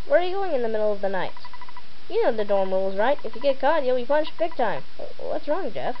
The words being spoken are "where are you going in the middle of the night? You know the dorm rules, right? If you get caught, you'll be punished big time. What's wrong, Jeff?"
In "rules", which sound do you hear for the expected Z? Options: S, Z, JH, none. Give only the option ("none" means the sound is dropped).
Z